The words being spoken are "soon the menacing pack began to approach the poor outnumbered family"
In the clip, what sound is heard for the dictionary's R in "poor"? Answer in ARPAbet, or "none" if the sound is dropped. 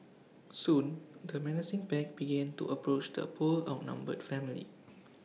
L